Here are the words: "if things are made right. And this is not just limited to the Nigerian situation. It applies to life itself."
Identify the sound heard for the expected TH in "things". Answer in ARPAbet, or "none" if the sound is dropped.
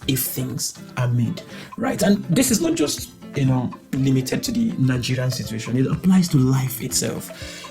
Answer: TH